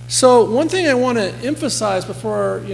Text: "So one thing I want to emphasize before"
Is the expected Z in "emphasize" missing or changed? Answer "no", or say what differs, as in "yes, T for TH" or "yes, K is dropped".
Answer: no